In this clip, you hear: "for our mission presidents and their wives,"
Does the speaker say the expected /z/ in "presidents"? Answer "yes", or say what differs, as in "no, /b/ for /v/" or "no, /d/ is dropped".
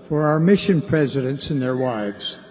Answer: yes